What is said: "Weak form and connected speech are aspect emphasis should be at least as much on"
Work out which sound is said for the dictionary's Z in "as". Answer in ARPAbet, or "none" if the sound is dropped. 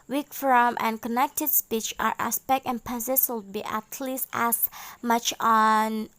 S